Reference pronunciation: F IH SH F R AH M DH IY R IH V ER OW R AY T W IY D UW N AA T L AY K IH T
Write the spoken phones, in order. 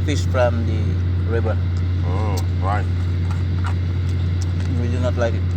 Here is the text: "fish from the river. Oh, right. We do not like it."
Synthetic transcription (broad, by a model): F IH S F R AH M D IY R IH B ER OW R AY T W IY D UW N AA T L AY K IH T